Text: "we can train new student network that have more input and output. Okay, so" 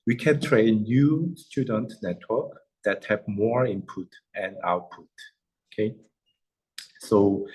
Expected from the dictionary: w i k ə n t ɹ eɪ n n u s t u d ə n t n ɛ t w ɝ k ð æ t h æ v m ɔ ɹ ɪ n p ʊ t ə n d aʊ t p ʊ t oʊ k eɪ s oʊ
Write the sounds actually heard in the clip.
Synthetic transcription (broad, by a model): w i k ə n t ɹ eɪ n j u s t u d ə n t n ɛ t w ɝ k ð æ t h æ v m ɔ ɹ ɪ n p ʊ t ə n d aʊ t p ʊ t oʊ k eɪ s oʊ